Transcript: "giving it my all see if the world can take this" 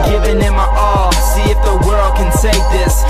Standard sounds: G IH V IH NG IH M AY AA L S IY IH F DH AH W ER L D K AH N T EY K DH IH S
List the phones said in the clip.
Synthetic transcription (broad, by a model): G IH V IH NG IH M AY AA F S IY IH F DH AH W ER L D K AH N S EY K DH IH S